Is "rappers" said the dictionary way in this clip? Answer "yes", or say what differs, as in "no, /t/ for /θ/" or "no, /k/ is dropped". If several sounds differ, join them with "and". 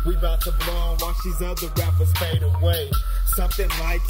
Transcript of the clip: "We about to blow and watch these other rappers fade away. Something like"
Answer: no, /f/ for /p/